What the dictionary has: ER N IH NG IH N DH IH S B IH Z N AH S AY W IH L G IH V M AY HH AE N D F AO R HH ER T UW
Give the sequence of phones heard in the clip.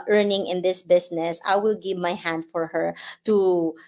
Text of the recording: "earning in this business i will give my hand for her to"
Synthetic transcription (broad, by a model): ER N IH NG IH N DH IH S B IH S N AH S AY W IH L G IH V M AY HH AE N D F AO R HH ER T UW